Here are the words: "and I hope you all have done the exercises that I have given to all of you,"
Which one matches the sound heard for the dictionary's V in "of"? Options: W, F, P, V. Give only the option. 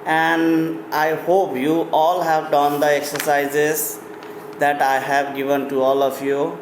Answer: P